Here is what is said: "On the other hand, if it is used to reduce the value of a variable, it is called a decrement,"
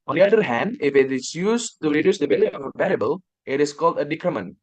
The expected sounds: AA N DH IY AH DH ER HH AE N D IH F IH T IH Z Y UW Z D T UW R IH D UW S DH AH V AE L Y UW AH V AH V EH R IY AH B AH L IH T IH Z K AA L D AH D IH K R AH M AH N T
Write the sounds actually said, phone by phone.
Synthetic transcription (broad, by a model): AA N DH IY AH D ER HH AE N D IH F IH T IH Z Y UW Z T UW R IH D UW S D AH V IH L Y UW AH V AH P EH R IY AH B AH L IH T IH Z K AA L D AH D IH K R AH M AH N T